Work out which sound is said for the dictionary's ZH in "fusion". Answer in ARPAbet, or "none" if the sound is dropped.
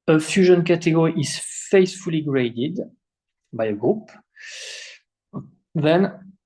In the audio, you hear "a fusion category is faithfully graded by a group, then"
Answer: ZH